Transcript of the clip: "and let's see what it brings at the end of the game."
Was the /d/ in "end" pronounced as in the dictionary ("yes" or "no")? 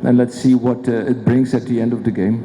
yes